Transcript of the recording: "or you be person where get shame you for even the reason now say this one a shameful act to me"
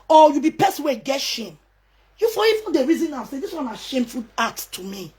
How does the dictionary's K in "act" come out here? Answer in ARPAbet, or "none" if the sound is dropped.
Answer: none